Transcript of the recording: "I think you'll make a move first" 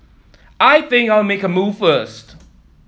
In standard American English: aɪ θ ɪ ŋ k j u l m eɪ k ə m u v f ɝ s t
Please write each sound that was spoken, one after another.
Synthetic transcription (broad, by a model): aɪ θ ɪ ŋ k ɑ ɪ l m eɪ k ə m u v f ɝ s t